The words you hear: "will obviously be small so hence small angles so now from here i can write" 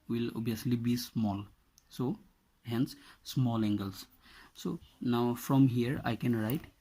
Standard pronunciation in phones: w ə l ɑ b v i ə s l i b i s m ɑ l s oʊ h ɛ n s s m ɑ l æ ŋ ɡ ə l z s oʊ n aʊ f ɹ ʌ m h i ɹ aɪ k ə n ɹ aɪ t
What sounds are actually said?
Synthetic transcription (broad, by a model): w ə l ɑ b i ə s l i b i s m ɑ l s oʊ h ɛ n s s m ɑ l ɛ ŋ ɡ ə l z s oʊ n aʊ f ɹ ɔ m h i ɹ aɪ k ə n ɹ aɪ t